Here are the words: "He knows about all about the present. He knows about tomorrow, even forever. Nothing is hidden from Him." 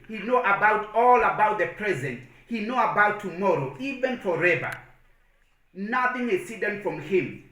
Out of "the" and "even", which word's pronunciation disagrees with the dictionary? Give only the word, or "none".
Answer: none